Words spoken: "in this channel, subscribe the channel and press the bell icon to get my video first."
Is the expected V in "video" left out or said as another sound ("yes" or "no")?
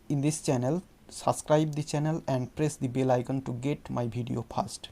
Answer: yes